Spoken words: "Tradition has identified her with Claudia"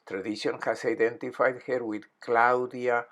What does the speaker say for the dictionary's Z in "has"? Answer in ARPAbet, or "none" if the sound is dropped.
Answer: S